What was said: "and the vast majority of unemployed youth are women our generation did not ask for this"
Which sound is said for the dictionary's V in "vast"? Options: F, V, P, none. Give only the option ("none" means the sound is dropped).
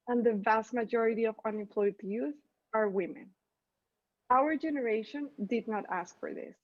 V